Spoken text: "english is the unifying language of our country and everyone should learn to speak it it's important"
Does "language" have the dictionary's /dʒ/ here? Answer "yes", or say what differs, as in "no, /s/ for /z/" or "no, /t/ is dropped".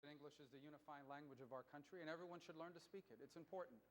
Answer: yes